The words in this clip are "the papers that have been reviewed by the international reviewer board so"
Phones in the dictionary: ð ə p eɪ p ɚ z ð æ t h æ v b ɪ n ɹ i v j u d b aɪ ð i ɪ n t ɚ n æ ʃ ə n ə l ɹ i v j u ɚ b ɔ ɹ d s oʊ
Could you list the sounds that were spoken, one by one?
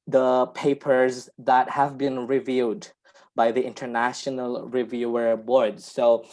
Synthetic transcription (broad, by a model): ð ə p eɪ p ɚ z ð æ t h æ v b ɪ n ɹ i v j u d b aɪ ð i ɪ n t ɚ n æ ʃ ə n ə l ɹ i v j u ɚ b ɔ ɹ d s oʊ